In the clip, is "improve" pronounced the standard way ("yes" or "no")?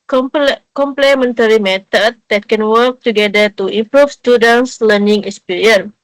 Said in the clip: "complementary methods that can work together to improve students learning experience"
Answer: no